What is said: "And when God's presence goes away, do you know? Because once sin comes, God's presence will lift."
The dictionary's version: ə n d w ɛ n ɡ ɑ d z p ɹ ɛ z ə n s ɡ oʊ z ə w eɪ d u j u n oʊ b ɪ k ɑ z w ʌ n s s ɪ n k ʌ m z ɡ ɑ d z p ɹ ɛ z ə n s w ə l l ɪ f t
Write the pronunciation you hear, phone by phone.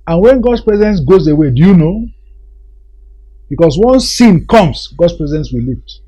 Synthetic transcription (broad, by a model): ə n w ɛ n ɡ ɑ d s p ɹ ɛ z ə n s ɡ oʊ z ə w eɪ d u j u n oʊ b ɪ k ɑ s w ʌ n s s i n k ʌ m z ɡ ɑ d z p ɹ ɛ z ə n s w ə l l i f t